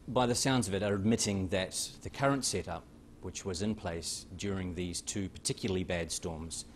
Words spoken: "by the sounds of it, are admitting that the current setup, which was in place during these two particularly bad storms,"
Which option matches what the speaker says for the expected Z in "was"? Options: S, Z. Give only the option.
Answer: Z